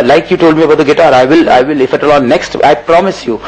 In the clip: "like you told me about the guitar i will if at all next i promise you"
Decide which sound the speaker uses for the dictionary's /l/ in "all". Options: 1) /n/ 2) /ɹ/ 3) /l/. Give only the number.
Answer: 1